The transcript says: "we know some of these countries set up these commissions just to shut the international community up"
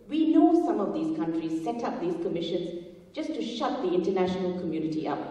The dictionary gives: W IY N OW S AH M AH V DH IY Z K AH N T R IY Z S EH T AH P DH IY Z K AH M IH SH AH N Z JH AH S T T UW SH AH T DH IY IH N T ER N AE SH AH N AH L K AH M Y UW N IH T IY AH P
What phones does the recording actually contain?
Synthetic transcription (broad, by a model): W IY N OW S AH M AH V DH IY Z K AH N T R IY Z S EH T AH P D IY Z K AH M IH SH AH N Z JH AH S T T UW SH AH T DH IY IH N T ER N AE SH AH N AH L K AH M Y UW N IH T IY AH P